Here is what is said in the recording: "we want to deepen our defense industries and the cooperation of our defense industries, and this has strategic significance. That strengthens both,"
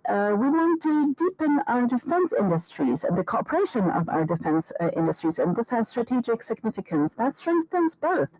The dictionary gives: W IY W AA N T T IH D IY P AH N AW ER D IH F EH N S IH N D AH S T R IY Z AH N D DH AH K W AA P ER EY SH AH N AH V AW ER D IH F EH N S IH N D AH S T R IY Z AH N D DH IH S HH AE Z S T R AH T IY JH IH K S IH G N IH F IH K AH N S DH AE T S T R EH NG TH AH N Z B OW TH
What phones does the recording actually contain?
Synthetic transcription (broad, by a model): W IY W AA N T T IH D IY P AH N AW ER D IH F EH N S IH N D AH S T R IY Z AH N DH AH K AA P ER EY SH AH N AH V AW ER D IH F EH N S IH N D AH S T R IY Z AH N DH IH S HH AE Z S T R AH T IY JH IH K S IH G N IH F IH K AH N S DH AE T S T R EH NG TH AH N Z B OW TH